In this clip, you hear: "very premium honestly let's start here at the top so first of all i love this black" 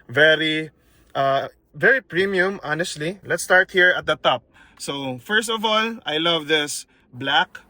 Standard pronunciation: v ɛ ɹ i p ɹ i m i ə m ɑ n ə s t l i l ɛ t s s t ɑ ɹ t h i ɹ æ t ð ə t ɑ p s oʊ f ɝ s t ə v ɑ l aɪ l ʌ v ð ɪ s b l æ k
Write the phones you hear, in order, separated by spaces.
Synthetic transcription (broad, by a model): v ɛ ɹ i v ɹ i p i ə m ɑ n ə s t l i l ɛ t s s t ɑ ɹ t h i ɹ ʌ t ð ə t ɑ p s oʊ f ɝ s t ə v ɑ l aɪ l ʌ v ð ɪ s b l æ k